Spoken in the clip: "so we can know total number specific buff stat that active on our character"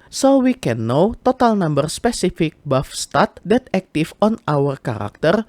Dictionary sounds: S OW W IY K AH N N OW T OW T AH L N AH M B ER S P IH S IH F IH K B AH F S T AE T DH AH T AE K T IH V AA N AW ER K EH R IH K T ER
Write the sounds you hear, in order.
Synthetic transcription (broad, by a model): S OW W IY K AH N N OW T OW T AH L N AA M B ER S P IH S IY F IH K B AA F S T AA T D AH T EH K T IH F AA N AW ER K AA R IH K T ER